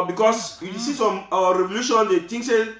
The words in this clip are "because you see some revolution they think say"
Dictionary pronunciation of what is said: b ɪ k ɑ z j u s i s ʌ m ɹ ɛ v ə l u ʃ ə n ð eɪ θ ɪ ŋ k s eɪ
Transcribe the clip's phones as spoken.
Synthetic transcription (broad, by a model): b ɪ k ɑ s j u s i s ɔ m ɹ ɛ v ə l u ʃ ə n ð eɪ t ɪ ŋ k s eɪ